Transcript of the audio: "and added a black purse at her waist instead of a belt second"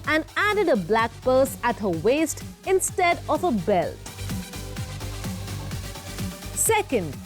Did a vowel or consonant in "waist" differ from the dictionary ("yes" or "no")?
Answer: no